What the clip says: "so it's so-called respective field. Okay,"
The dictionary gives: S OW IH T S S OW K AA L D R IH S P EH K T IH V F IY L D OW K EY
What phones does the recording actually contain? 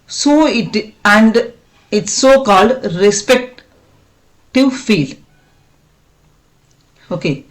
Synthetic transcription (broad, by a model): S OW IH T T S OW K AA L D R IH S P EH K T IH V F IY L OW K EY